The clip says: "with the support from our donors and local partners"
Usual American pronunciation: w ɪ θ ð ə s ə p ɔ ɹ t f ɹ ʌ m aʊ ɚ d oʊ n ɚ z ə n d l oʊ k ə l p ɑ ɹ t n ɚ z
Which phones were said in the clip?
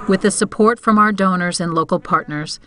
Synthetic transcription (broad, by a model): w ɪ ð ə s ə p ɔ ɹ t f ɹ ʌ m aʊ ɚ d oʊ n ɚ z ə n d l oʊ k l p ɑ ɹ t n ɚ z